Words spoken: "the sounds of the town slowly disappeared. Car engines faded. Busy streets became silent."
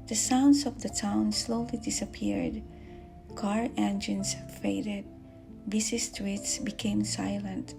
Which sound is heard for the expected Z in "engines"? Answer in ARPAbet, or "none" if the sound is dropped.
S